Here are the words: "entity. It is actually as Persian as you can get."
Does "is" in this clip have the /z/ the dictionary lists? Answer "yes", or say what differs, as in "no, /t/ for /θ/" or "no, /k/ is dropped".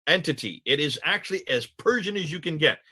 yes